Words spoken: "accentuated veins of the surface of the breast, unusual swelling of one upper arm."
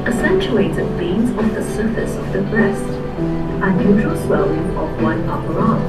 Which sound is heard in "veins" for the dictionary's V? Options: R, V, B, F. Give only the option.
B